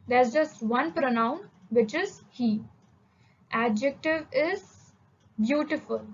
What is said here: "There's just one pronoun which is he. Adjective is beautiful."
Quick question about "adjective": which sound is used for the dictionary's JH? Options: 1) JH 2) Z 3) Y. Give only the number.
1